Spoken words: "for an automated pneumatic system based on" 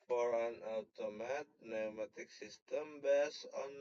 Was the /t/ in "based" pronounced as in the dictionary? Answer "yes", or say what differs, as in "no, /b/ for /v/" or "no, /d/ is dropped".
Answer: no, /t/ is dropped